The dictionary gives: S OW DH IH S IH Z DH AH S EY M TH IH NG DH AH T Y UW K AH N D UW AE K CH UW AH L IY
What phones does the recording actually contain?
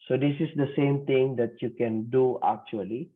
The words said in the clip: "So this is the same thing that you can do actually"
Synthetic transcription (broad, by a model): S OW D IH S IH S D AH S EY M T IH NG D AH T Y UW K AH N D UW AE K CH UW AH L IY